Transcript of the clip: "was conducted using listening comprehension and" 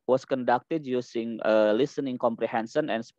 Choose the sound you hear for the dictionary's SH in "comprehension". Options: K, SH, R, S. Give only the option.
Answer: S